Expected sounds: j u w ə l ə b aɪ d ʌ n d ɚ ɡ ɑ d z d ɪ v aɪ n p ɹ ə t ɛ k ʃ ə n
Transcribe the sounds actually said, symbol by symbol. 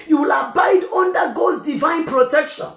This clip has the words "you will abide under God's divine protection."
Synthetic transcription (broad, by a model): j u w ə l ə b aɪ d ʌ n d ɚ ɡ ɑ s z d ɪ v aɪ n p ɹ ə t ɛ k ʃ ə n